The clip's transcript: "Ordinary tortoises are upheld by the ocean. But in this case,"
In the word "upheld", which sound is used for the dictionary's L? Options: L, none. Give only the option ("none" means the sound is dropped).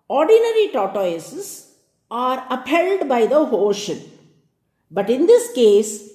L